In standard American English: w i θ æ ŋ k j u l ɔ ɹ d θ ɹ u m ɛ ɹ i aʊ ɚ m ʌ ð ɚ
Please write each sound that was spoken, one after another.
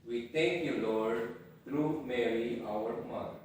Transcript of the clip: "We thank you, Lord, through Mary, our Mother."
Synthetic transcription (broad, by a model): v i t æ ŋ k j u l ɔ ɹ d t ɹ u m ɛ ɹ i aʊ ɚ m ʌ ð